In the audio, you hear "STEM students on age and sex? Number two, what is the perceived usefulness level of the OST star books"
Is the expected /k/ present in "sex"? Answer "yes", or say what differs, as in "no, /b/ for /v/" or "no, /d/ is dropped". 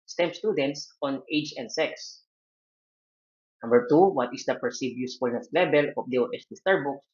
yes